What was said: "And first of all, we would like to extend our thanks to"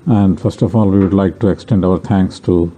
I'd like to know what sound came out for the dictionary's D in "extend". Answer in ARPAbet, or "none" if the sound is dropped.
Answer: D